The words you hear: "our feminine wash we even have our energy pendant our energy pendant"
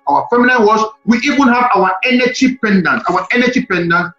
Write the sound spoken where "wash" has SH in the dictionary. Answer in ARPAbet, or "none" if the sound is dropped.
S